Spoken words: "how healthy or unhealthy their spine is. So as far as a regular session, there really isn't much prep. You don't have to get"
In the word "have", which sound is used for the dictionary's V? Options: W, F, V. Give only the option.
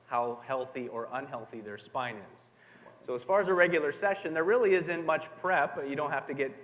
F